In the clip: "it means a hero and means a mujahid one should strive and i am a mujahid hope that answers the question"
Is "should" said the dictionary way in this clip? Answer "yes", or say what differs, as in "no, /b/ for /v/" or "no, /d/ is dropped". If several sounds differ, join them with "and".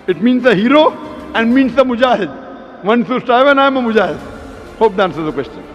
no, /s/ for /ʃ/